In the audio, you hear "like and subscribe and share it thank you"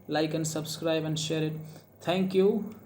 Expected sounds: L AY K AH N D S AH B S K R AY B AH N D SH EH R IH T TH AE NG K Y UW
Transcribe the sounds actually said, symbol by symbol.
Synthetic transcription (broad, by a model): L AY K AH N S AH B S K R AY B AH N D SH EH R IH T T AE NG K Y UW